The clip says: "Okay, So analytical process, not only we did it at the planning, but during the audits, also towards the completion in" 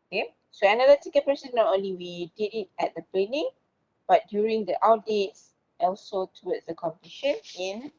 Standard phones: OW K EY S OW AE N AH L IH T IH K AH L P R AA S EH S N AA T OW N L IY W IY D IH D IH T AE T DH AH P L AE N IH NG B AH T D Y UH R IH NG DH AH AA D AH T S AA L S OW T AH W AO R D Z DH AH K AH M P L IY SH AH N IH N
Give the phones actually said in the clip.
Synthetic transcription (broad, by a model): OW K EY S OW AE N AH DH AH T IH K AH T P AH S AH N AA T OW N L IY W IY D IH D IH T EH T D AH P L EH N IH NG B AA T D Y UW R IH NG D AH AA D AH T S AA L S OW T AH W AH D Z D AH K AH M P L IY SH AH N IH N